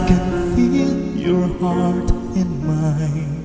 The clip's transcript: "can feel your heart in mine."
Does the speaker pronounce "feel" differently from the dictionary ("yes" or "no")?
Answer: yes